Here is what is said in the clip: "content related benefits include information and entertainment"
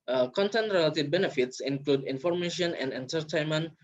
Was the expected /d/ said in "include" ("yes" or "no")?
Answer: yes